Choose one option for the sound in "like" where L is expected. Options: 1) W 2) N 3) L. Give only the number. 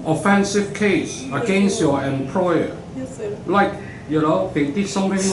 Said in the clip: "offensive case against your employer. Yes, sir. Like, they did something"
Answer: 2